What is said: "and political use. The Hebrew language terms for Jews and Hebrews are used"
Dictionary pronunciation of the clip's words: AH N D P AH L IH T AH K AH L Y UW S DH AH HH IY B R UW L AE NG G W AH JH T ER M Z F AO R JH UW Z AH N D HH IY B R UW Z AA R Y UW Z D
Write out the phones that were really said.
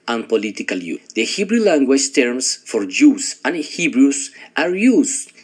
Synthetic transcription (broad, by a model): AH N P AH L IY T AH K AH L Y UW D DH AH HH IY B R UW L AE NG G W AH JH T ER M S F AO R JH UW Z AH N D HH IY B R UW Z AA R Y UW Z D